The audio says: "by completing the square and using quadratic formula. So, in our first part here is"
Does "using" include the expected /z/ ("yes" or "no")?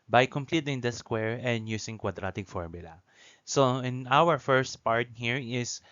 no